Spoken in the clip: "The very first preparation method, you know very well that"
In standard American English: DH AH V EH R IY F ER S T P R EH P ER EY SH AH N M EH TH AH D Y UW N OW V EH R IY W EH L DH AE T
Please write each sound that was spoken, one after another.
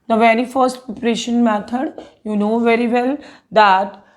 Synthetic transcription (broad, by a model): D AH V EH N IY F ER S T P EH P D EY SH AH N M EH T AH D Y UW N OW V EH R IY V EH L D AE T